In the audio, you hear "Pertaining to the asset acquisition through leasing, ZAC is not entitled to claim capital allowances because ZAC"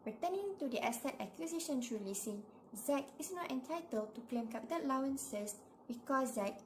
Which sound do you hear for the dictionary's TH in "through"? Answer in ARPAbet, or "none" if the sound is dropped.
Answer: S